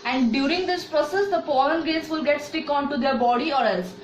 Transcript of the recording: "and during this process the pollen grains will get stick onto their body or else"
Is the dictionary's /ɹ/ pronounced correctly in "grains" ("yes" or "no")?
no